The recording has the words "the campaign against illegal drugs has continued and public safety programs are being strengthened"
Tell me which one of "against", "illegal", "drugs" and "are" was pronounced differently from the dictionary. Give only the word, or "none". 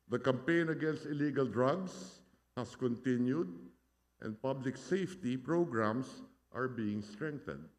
drugs